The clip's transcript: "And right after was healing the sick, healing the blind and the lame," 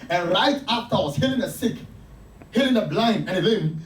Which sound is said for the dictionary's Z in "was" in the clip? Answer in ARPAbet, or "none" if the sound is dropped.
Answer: S